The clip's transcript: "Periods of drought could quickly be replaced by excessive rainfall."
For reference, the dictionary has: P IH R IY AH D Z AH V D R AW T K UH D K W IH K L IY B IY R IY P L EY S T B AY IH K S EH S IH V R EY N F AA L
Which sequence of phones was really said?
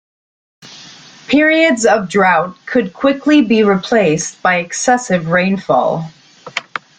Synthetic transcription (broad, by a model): P IH R IY AH D Z AH V D R AW T K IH D K W IH K L IY B IY R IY P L EY S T B AY IH K S EH S IH V R EY N F AA L